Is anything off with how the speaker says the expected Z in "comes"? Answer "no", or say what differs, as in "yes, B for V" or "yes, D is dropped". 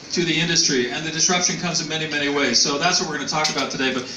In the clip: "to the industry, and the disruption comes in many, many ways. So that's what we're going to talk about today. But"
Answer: no